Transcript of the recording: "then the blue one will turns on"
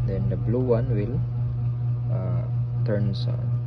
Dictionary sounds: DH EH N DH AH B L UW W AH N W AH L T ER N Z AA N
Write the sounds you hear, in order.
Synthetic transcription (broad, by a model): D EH N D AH B L UW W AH N W AH L T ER N S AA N